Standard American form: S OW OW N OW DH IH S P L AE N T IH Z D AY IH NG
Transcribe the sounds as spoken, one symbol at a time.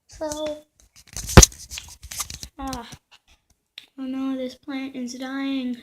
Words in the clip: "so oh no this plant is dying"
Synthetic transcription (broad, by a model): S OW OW N OW DH IH S P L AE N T IH Z D AY IH NG